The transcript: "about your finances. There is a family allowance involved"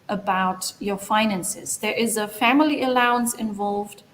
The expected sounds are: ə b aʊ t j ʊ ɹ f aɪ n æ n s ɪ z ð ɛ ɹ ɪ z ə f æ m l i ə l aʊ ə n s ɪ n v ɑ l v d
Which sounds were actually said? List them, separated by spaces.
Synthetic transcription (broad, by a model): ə b aʊ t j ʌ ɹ f aɪ n æ n s ɪ z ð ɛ ɹ ɪ z ə f æ m l i ə l aʊ ə n s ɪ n v ɑ l v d